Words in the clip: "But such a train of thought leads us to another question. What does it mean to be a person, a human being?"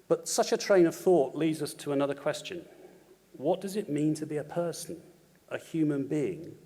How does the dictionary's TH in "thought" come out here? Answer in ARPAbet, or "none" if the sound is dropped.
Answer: TH